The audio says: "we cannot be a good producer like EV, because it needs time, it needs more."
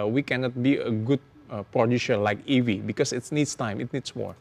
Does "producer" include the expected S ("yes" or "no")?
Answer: no